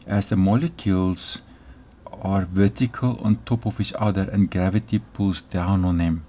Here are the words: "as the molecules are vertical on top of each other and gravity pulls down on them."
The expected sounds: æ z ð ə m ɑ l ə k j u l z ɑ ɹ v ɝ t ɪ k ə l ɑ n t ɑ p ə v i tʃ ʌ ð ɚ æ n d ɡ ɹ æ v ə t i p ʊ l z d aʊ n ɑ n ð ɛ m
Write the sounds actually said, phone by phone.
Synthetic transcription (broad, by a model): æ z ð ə m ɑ l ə k j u l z ɑ ɹ v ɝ t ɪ k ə l ɑ n t ɑ p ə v i tʃ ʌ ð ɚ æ n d ɡ ɹ æ v ə t i p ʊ l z d aʊ n ɑ n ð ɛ m